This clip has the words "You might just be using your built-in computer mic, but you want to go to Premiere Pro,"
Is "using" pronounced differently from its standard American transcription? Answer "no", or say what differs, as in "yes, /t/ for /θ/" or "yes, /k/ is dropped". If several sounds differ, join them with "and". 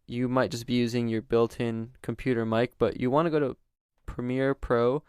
no